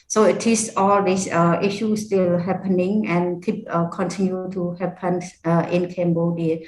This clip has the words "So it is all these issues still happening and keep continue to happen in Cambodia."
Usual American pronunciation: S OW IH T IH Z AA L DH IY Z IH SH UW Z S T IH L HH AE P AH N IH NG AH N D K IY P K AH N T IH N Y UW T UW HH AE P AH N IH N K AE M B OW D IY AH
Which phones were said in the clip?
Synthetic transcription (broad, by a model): S OW IH T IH S AA L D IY S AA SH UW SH S T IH L HH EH P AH N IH NG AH N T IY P K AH N T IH N Y UW T UW HH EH P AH N IH N K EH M B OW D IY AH